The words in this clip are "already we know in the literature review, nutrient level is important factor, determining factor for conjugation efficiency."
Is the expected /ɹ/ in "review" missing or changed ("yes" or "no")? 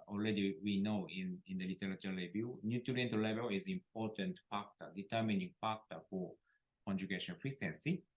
yes